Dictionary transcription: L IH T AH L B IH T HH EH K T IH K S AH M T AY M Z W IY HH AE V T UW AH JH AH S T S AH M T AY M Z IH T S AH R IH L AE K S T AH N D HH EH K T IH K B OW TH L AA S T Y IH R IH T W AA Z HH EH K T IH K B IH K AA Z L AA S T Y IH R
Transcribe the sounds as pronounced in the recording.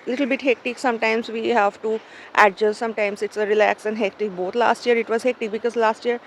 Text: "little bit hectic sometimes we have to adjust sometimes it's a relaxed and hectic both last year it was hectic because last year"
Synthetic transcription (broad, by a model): L IH T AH L B IH T HH EH K T IH K S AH M T AY M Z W IY HH AE V T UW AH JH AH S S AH M T AY M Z IH T S AH R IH L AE K S AH N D HH EH K T IH K B OW T L AA S T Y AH R IH T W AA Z HH EH K T IH K B IH K AA Z L AA S T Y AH R